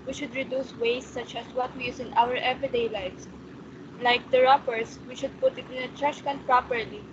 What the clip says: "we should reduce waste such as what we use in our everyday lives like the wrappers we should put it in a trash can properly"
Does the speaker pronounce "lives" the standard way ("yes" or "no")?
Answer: no